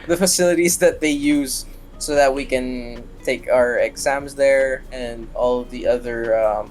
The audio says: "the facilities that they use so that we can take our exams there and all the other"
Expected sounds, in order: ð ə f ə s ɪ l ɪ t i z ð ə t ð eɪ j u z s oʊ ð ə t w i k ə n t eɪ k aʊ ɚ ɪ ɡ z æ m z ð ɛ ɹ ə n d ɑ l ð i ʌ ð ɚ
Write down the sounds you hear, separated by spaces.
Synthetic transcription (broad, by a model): ð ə f ə s ɪ l ɪ t i z ð ə t ð eɪ j u z s oʊ ð ə t w i k ə n t eɪ k aʊ ɚ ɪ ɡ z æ m z ð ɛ ɹ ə n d ɑ l ð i ʌ ð ɚ